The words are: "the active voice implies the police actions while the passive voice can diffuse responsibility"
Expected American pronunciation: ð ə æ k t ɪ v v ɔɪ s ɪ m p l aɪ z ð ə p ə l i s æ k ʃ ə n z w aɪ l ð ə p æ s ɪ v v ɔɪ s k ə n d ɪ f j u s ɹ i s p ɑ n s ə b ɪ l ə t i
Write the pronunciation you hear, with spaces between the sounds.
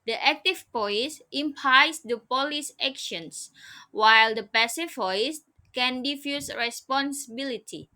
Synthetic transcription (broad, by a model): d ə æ k t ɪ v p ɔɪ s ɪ m p aɪ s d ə p ə l i s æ k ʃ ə n s w aɪ l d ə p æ s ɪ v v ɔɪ s k ə n d ɪ f j u s ɹ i s p ɑ n s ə b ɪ l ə t i